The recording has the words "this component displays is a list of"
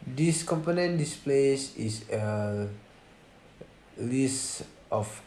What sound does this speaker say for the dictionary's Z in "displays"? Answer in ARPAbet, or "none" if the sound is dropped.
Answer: S